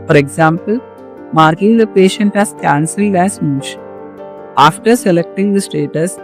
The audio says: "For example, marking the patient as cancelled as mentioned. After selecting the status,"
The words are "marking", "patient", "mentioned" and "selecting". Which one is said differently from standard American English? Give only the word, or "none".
mentioned